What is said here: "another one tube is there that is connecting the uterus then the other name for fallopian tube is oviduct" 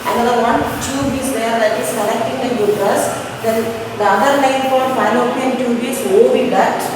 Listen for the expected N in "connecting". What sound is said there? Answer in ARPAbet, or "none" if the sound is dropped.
L